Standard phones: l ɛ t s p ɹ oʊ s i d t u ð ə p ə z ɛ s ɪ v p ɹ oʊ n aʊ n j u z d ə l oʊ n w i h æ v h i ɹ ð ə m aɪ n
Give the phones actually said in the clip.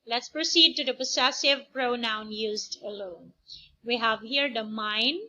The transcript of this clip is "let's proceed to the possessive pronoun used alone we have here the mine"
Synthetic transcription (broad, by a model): l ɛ t s p ɹ oʊ s i d t u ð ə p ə s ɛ s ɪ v p ɹ oʊ n aʊ n j u z d ə l oʊ n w i h æ v h i ɹ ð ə m aɪ n